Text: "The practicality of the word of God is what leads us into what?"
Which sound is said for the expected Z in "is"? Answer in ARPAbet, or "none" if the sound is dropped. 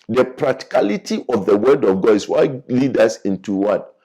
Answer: S